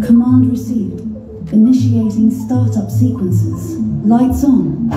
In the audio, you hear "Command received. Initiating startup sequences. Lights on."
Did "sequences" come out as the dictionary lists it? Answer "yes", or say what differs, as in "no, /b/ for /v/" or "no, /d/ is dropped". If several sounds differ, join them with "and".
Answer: yes